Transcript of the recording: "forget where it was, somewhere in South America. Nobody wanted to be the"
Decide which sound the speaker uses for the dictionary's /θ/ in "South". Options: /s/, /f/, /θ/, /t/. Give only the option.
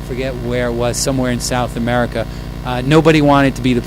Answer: /θ/